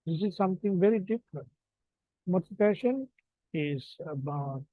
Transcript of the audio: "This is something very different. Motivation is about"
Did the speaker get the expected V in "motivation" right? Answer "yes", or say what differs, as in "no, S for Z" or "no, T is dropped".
no, P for V